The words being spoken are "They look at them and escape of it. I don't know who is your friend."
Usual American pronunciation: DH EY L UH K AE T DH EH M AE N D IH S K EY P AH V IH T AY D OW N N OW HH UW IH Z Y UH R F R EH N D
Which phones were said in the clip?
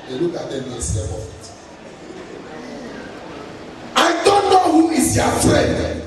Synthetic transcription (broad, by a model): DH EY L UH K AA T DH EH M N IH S EY B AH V IH T AY D OW N N OW HH UW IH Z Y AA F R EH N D